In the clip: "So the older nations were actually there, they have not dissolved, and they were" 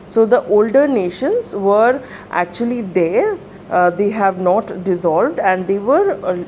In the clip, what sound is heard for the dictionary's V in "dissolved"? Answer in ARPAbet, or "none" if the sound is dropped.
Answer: V